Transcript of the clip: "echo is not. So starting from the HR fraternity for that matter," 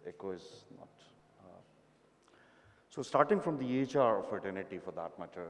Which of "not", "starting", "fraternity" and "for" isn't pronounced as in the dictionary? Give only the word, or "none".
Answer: fraternity